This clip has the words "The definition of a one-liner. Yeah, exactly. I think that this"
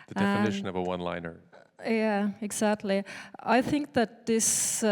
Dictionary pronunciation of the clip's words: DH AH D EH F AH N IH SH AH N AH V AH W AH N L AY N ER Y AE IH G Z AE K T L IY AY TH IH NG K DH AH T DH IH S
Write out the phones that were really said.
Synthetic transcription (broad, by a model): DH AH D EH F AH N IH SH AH N AH V AH W AH N L AY N ER Y AE IH G Z AE K T L IY AY TH IH NG K DH AH T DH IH S